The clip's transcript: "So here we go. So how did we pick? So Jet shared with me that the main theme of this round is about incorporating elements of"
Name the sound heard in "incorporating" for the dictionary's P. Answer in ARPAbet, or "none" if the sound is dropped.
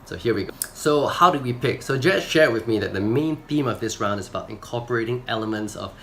P